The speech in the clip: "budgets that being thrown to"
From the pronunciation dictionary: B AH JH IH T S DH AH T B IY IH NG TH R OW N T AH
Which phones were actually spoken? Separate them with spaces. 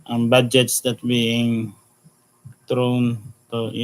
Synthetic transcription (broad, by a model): B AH JH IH T S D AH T B IY IH NG T R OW N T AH